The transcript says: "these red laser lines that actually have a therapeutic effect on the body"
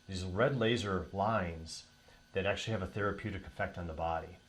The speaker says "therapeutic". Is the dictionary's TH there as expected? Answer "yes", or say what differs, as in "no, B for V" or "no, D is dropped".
yes